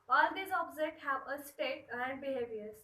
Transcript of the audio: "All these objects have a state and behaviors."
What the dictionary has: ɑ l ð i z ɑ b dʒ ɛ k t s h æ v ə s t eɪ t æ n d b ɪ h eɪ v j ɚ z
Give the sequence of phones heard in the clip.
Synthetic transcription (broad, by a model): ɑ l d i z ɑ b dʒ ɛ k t h æ v ə s t eɪ t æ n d b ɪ h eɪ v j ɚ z